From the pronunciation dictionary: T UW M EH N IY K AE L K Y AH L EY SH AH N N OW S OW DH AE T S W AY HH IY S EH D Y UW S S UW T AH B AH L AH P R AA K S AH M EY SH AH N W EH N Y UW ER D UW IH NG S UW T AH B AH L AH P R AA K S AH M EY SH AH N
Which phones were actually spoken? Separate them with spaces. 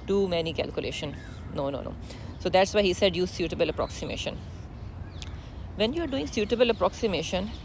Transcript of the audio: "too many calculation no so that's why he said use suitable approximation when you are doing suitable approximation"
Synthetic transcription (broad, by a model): T UW M EH N IY K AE L K Y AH L EY SH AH N N OW S OW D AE T S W AY HH IY S EH D Y UW S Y UW T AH B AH L AH P R AA K S AH M EY SH AH N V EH N Y UW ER D UW IH NG S UW T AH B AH L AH P R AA K S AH M EY SH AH N